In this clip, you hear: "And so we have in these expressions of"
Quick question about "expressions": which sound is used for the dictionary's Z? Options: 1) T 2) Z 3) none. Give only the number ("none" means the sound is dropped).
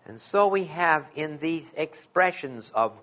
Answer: 2